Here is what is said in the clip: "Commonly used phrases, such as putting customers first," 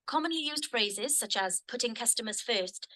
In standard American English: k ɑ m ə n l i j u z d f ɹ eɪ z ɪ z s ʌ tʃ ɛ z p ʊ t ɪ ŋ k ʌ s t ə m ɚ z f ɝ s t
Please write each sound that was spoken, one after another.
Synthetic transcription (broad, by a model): k ɑ m ə n l i j u z d f ɹ eɪ z ɪ z s ʌ tʃ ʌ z p ʊ t ɪ ŋ k ʌ s t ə m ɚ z f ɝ s t